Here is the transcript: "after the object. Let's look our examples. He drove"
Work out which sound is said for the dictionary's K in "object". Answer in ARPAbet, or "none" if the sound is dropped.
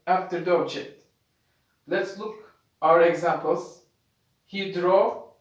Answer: none